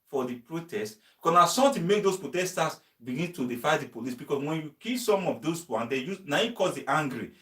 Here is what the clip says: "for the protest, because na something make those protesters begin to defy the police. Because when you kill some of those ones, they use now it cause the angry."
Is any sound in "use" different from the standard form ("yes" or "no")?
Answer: yes